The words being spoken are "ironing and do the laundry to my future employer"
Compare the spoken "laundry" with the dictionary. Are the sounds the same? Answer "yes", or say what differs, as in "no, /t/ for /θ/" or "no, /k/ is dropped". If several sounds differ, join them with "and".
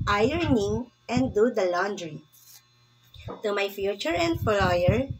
yes